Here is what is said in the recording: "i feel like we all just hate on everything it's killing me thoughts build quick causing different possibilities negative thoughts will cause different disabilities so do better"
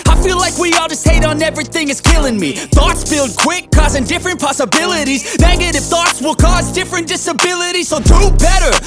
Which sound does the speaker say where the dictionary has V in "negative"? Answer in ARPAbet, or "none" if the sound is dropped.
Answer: F